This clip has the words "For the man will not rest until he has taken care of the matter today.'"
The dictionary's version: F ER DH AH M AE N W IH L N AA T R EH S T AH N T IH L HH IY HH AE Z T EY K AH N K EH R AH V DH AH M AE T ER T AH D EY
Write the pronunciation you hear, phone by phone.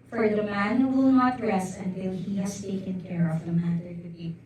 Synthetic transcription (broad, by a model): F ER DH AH M AE N W IH L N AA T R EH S AH N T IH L HH IY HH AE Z T EY K AH N K EH R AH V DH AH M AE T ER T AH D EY